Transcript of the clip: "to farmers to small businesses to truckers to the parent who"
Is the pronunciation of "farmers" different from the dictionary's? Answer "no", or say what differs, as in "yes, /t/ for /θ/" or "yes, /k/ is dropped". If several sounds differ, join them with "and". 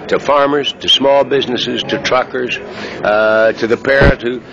no